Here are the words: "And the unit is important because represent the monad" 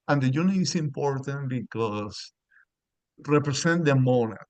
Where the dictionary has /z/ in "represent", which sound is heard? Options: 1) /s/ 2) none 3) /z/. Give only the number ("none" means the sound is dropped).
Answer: 1